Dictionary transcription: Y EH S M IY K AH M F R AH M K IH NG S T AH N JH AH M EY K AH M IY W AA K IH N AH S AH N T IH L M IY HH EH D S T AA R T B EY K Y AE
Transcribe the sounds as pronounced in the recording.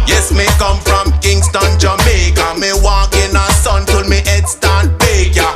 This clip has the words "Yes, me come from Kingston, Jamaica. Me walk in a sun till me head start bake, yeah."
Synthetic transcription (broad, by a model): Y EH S M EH K AH M F R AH M K IH NG S T AH N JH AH M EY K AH M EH W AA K IH N AH S AH N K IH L M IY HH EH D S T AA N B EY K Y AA